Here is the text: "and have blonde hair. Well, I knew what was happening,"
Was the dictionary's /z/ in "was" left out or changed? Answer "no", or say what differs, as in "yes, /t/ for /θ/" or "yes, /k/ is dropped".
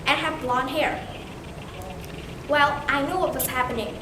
yes, /s/ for /z/